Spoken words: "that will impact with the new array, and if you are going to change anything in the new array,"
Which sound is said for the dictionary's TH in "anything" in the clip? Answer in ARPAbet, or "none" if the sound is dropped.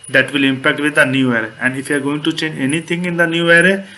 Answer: T